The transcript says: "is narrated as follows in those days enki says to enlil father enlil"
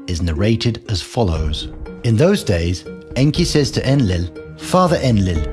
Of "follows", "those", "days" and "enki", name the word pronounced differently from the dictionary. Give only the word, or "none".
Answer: none